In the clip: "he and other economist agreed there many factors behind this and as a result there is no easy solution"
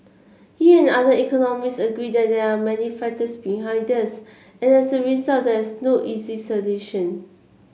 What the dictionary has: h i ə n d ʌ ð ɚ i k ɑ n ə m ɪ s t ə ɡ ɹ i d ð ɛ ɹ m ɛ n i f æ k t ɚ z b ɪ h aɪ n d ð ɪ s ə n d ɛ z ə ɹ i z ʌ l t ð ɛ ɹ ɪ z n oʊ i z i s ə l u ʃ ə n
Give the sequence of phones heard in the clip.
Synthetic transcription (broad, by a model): h i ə n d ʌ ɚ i k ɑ n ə m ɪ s ə ɡ ɹ i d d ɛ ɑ m ɛ n i f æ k t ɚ s b ɪ h aɪ n d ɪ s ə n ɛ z ə ɹ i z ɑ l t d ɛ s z n oʊ i z i s ə l u ʃ ə n